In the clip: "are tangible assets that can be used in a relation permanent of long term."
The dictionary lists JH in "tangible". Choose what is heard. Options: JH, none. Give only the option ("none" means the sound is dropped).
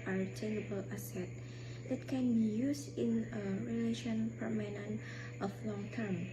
none